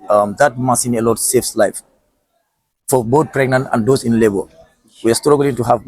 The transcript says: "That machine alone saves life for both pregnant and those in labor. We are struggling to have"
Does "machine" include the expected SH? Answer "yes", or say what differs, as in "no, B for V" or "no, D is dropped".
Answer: no, S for SH